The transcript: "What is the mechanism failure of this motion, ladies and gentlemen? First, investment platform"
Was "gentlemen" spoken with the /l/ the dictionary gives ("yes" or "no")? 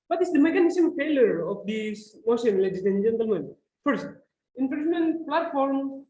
yes